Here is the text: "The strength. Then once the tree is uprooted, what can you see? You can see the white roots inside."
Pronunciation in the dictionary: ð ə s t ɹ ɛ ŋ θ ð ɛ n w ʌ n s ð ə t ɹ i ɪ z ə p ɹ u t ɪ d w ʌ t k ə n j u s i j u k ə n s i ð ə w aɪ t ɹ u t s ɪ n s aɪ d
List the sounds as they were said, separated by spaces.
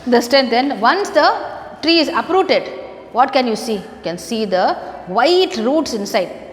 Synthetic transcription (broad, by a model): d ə s t ɹ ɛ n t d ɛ n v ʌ n s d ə t ɹ i ɪ z ə p ɹ u t ɪ d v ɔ t k ə n j u s i j u k ə n s i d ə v aɪ t ɹ u t s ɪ n s aɪ d